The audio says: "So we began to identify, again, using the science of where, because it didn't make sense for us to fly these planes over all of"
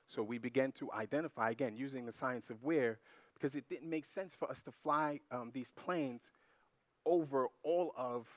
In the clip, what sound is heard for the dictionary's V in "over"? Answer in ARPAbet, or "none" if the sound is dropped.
V